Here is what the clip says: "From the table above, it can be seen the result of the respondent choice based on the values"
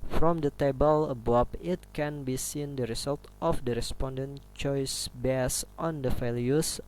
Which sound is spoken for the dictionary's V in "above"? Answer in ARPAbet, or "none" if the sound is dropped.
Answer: P